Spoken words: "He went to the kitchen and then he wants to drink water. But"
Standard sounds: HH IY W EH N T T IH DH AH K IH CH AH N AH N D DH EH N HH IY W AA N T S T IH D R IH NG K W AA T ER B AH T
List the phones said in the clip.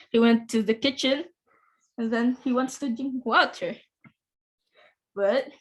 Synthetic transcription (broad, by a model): HH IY W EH N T T IH DH AH K IH CH AH N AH N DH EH N HH IY W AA N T S T IH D IH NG W AA T ER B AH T